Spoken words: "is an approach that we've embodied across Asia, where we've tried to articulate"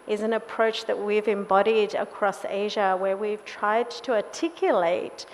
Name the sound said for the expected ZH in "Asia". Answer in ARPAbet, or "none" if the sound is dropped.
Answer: ZH